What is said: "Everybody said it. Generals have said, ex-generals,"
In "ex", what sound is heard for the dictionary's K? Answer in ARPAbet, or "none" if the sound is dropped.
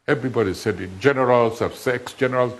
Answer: K